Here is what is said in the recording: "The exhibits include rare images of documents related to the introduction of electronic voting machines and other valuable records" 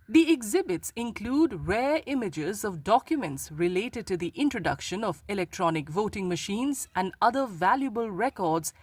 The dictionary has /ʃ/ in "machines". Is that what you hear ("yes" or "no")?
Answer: yes